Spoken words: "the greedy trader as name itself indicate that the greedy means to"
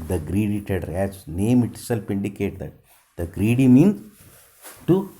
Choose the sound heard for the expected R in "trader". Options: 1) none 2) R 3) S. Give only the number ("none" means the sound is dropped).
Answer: 1